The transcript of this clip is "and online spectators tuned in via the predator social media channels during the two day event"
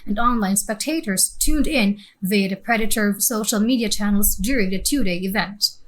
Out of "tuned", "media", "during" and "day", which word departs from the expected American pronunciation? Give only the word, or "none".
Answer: none